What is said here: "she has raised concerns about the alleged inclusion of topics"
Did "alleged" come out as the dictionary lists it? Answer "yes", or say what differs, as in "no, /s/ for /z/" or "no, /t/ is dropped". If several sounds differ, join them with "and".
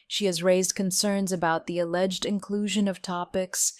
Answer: yes